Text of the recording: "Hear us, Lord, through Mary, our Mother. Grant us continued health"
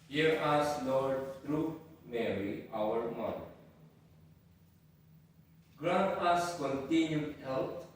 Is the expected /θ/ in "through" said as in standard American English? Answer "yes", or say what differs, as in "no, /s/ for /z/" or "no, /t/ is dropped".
no, /t/ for /θ/